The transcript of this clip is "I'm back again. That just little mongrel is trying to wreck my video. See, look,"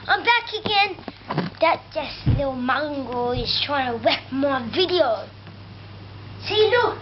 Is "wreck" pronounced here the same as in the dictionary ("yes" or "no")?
no